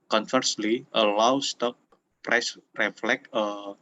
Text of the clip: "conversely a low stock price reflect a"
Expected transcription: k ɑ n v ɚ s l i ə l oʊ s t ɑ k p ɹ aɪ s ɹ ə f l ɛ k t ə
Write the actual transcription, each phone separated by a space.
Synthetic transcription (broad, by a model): k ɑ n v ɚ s l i ə l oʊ s t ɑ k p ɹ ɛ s ɹ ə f l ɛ k ə